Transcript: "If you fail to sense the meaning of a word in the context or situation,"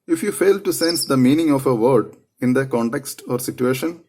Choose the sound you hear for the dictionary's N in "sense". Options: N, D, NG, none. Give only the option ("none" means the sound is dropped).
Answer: N